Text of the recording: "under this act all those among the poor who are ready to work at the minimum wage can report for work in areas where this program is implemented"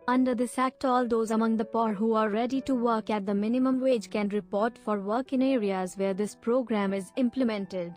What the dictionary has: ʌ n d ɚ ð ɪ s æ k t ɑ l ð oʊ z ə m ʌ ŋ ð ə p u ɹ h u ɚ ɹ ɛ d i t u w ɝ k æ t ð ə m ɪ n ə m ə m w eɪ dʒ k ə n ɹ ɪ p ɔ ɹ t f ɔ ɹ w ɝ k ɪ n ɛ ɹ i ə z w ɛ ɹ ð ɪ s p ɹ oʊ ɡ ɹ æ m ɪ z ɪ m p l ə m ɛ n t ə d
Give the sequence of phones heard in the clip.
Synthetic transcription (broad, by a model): ʌ n d ɚ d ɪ s æ k t ɑ l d oʊ z ə m ʌ ŋ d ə p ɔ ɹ h u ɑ ɹ ɛ d i t u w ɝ k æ t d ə m ɪ n ə m ə m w eɪ dʒ k ə n ɹ ɪ p ɔ ɹ t f ɔ ɹ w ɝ k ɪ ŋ ɛ ɹ i ə z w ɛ ɹ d ɪ s p ɹ oʊ ɡ ɹ æ m ɪ z ɪ m p l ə m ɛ n t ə d